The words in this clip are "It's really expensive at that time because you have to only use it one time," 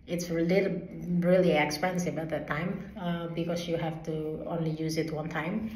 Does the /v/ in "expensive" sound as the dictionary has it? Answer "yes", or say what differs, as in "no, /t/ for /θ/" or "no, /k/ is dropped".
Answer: no, /b/ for /v/